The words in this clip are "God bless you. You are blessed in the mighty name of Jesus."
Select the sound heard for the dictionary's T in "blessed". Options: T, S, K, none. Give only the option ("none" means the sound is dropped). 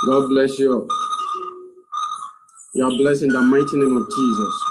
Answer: none